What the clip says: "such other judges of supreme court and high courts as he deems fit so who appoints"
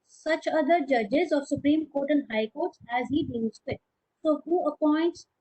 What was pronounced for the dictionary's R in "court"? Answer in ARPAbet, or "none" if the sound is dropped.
R